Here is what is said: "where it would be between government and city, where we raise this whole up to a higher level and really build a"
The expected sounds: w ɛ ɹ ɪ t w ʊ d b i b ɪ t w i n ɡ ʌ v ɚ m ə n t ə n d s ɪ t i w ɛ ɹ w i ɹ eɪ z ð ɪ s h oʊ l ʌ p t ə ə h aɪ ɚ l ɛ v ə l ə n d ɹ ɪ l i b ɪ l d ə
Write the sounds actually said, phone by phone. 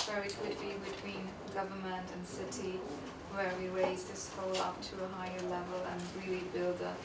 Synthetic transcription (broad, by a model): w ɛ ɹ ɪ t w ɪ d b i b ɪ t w i n ɡ ʌ v ɚ m ə n t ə n s ɪ t i w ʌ ɹ w i ɹ eɪ z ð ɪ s h oʊ l ʌ p t ə ə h aɪ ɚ l ɛ v ə l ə n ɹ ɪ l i b ɪ l d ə